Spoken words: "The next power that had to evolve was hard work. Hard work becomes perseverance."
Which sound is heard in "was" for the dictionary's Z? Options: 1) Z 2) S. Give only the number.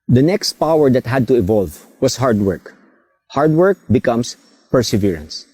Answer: 2